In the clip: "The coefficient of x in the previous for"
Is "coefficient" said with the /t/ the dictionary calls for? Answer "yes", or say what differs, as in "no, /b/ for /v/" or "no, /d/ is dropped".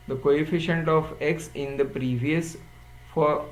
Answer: yes